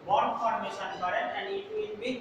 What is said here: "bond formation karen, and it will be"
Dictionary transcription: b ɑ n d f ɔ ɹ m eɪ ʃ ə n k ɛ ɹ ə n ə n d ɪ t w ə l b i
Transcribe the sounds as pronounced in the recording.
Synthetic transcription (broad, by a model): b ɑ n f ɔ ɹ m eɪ s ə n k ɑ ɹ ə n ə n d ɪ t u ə n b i